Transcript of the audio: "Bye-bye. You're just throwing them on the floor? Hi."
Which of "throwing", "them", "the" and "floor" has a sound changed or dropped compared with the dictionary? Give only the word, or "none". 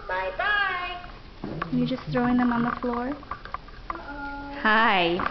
none